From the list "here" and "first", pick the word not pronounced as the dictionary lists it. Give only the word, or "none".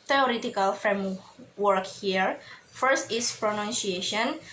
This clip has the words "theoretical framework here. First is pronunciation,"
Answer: none